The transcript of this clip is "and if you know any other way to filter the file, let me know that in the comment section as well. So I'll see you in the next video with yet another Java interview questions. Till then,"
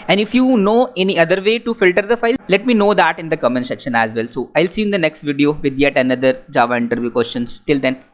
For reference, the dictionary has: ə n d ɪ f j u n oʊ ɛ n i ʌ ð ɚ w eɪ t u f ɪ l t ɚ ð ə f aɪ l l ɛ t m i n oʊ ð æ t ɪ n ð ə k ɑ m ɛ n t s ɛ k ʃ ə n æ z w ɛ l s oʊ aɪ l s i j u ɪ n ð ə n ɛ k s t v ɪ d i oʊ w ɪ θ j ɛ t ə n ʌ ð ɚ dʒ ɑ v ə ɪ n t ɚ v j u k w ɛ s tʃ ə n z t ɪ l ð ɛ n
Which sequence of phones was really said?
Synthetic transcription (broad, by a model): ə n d ɪ f j u n oʊ ɛ n i ʌ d ɚ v eɪ t u f ɪ l t ɚ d ə f aɪ l l ɛ t m i n oʊ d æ t ɪ n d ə k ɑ m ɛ n s ɛ k ʃ ə n æ z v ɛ l s oʊ aɪ l s i ɪ n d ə n ɛ k s t v ɪ d i oʊ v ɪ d j ɛ t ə n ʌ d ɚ dʒ ɑ v ə ɪ n t ɚ v j u k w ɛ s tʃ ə n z t ɪ l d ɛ n